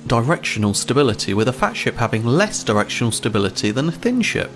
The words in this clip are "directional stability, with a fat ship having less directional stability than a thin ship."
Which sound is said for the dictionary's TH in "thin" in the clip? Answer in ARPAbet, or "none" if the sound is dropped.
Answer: TH